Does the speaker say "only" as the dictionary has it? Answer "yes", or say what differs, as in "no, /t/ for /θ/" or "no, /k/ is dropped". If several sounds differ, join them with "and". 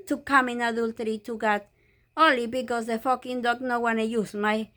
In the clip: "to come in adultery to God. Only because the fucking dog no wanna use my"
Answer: no, /n/ is dropped